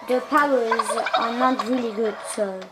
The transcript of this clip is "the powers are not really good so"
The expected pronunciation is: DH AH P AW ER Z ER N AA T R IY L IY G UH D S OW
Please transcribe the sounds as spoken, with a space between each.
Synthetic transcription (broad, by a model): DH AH P AW ER Z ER N AA T R IY L IY G UH D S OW